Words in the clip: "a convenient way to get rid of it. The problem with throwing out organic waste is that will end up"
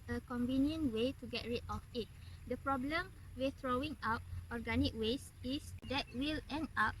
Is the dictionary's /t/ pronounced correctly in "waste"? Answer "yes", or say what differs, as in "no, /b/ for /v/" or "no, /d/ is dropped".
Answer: no, /t/ is dropped